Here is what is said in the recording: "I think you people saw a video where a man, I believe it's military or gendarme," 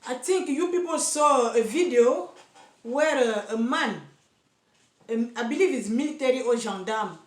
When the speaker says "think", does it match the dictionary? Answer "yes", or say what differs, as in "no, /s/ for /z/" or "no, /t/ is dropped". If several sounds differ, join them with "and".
no, /t/ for /θ/